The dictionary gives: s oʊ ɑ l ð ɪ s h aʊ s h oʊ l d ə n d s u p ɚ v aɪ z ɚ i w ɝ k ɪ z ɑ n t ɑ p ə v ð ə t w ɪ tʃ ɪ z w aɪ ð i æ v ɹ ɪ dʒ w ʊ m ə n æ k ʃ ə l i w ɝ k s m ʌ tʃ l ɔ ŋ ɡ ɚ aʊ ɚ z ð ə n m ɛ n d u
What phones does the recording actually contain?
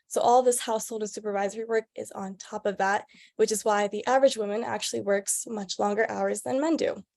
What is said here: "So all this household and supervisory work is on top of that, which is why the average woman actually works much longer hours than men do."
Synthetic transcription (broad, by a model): s oʊ ɑ l ð ɪ s h aʊ s h oʊ l d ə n s u p ɚ v aɪ z ɚ i w ɝ k ɪ z n t ɑ p ə v ð ə t w ɪ tʃ ɪ z w aɪ ð i æ v ɹ ɪ dʒ w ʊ m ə n æ k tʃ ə l i w ɝ k s m ʌ tʃ l ɔ ŋ ɡ ɚ aʊ ɚ z ð ə n m ɛ n d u